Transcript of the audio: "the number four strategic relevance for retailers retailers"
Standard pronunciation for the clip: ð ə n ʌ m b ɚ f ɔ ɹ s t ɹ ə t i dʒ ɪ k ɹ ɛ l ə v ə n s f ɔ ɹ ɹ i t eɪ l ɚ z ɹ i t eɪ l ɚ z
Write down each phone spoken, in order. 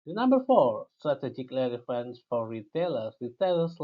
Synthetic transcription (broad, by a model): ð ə n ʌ m b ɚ f ɔ ɹ s t ɹ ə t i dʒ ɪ k l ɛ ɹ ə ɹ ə n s f ɔ ɹ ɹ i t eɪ l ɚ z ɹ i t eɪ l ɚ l